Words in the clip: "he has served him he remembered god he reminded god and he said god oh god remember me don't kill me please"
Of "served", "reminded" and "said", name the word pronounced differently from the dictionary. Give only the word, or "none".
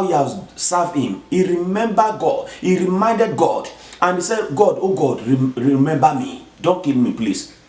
served